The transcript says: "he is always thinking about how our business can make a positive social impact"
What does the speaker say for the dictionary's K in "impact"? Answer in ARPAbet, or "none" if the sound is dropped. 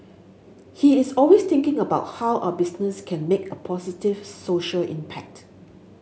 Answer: K